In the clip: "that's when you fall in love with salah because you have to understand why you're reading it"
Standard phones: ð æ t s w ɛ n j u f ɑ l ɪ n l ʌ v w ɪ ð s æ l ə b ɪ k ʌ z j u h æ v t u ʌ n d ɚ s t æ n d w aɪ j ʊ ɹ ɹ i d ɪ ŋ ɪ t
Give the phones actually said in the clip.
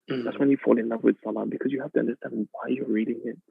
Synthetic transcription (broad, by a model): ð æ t s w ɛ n j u f ɑ l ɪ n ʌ p w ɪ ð s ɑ l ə b ɪ k ʌ z j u h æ f t u ʌ n d ɚ s t æ n d w aɪ j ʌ ɹ ɹ i d ɪ ŋ ɪ t